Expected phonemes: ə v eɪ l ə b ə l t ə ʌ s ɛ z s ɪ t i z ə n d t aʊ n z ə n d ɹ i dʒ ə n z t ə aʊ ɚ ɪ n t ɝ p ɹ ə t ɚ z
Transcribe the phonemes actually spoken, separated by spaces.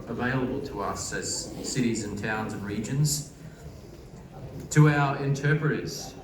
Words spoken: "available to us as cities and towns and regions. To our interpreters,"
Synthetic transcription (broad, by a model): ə v eɪ l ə b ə l t ə ʌ s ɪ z s ɪ t i z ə n t aʊ n z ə n ɹ i dʒ ə n z t ə aʊ ɚ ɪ n t ɝ p ɹ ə t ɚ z